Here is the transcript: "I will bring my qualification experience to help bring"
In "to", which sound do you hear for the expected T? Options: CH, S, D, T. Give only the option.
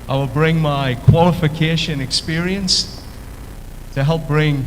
T